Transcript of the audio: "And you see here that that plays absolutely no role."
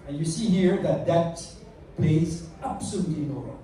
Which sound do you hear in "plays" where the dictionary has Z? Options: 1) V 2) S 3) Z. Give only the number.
3